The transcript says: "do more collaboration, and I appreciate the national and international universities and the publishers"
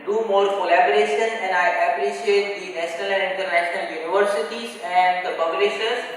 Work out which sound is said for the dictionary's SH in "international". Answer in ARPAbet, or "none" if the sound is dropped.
none